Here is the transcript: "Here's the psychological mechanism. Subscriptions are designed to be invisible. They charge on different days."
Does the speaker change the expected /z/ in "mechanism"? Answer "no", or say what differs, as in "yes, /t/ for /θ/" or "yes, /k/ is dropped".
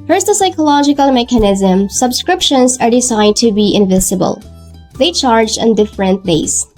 no